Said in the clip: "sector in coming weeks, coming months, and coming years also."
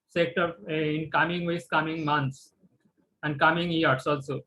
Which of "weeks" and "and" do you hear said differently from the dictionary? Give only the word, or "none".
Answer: weeks